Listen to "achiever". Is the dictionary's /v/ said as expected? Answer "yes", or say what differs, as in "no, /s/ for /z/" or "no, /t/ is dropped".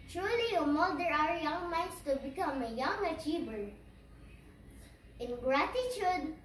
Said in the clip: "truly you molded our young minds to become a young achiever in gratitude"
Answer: no, /b/ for /v/